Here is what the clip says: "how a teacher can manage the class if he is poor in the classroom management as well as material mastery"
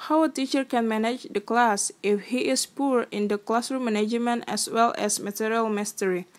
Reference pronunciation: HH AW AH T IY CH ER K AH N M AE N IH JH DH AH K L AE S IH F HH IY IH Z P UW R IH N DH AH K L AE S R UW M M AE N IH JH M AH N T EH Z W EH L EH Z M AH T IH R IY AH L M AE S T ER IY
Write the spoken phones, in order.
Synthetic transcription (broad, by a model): HH AW AH T IY CH ER K AH N M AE N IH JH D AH K L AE S IH F HH IY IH S P UW R IH N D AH K L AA S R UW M M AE N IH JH M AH N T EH S W EH L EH S M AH T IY R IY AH L M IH S T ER IY